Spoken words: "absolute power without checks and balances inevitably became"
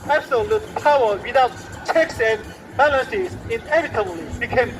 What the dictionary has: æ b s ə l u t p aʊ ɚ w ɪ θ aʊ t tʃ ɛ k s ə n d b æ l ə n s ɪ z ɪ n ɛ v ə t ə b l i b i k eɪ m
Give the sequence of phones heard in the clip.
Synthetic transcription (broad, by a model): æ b s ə l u t p aʊ ɚ w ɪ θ aʊ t tʃ ɛ k s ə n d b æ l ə s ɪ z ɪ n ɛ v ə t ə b l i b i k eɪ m